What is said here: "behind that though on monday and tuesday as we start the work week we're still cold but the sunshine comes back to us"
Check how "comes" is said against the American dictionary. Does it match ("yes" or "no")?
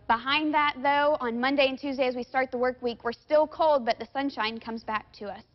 yes